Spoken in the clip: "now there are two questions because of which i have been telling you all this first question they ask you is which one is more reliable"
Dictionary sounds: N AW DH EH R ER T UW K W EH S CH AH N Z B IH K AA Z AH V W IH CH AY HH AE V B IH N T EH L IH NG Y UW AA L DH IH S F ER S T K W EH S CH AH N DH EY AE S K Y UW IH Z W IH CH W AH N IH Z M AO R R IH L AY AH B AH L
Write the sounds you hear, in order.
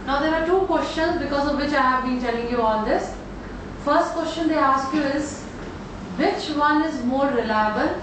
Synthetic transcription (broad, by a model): N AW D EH R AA T UW K W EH S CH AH N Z B IH K AA Z AH V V IH CH AY HH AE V B IH N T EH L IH NG Y UW AA L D IH S F ER S T K W EH S CH AH N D EY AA S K Y UW IH Z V IH CH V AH N IH Z M AO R R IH L AY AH B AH L